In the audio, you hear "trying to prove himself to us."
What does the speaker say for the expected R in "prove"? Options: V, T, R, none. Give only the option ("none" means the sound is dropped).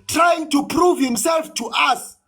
R